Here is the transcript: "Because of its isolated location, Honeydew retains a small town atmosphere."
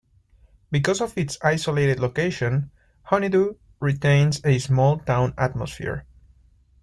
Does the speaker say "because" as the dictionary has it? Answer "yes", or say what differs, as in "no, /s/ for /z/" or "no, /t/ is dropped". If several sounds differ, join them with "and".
no, /s/ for /z/